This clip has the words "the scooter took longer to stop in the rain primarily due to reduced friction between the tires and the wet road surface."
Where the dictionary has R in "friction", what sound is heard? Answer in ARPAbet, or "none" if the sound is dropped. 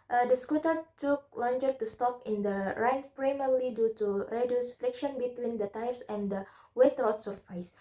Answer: L